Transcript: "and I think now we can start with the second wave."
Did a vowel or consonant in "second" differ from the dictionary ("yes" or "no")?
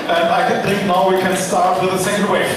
yes